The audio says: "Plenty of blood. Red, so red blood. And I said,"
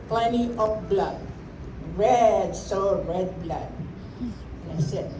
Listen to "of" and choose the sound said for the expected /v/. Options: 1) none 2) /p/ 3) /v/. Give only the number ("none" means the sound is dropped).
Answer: 2